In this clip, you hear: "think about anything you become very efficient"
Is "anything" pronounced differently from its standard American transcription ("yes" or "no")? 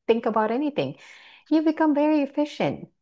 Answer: no